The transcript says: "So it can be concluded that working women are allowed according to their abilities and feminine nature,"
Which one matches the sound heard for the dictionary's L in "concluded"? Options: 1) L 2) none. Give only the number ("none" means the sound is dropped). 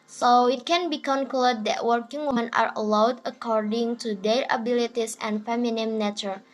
2